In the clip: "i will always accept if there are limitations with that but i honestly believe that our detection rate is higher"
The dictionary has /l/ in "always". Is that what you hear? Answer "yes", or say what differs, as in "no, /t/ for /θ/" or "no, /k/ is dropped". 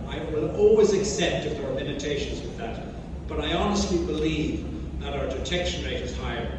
yes